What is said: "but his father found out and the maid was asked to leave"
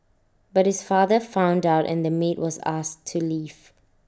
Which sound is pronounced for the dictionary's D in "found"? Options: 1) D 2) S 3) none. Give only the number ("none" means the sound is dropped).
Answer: 1